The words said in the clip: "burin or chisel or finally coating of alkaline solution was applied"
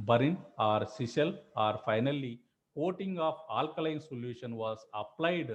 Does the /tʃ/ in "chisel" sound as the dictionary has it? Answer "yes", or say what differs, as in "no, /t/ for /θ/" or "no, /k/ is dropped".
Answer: no, /s/ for /tʃ/